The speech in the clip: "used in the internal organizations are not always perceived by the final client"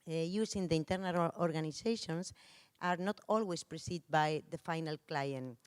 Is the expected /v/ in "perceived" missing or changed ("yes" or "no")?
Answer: yes